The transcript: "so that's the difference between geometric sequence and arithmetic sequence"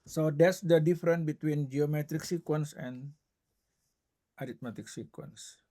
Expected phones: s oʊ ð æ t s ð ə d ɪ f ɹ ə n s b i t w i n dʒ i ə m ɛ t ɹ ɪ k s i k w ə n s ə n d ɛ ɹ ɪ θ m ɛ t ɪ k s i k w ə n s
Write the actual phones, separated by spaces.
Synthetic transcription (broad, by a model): s oʊ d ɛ t s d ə d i f ɹ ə n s b i t w i n dʒ i ə m ɛ t ɹ ɪ k s i k w ə n s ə n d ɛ ɹ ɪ t m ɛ t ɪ k s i k w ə n s